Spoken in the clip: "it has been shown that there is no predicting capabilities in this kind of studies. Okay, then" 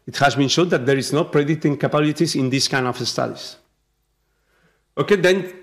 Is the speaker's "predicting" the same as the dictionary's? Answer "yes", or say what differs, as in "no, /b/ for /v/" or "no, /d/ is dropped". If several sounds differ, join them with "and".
no, /k/ is dropped